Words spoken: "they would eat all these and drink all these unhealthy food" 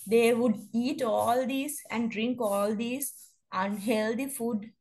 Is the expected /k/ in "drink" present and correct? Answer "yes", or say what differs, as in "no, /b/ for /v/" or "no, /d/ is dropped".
yes